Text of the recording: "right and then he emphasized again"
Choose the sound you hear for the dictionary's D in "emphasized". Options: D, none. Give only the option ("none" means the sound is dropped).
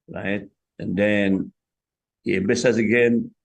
none